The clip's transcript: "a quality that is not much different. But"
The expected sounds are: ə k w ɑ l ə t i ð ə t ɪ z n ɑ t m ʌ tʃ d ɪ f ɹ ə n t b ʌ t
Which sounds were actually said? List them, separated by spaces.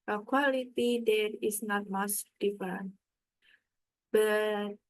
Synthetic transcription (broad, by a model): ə k w ɑ l ə t i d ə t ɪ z n ɑ t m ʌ s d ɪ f ə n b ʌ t